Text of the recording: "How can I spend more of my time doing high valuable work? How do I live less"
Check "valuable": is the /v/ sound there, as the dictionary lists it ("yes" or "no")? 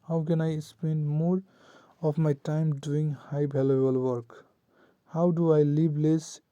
no